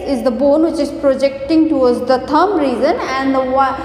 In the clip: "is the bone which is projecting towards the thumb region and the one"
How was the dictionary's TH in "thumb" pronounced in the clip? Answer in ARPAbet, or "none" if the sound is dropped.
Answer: T